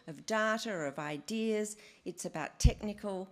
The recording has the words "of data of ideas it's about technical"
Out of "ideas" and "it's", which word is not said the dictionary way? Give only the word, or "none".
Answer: none